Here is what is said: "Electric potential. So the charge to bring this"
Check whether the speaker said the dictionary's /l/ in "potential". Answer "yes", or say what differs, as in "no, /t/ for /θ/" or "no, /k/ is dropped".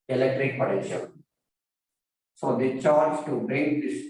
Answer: no, /n/ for /l/